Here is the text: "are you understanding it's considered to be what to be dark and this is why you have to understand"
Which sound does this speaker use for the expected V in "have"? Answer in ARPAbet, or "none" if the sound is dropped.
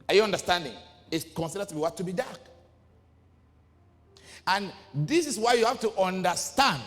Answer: F